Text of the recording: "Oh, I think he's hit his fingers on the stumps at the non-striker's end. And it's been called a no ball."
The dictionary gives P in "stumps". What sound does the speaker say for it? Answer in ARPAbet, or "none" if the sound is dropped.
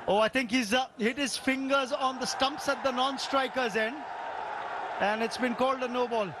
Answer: P